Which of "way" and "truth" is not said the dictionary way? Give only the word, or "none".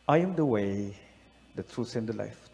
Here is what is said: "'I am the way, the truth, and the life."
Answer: truth